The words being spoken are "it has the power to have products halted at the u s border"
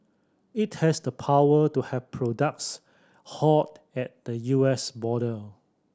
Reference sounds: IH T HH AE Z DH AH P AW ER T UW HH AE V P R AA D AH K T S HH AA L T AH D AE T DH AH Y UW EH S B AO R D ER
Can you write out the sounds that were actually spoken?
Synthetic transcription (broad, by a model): IH T HH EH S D AH P AW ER T UW HH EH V P R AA D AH K T S HH AA T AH T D AH Y UW EH S B AO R D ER